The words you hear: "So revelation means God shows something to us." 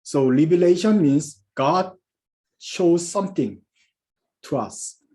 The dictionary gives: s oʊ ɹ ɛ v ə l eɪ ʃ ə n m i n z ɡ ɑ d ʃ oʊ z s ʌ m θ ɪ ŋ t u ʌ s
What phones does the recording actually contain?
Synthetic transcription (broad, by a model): s oʊ l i b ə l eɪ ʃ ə n m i n s ɡ ɑ d ʃ oʊ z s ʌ m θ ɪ ŋ t u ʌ s